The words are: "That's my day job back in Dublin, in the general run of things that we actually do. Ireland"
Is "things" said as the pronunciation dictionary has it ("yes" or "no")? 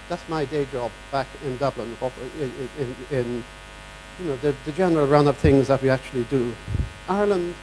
yes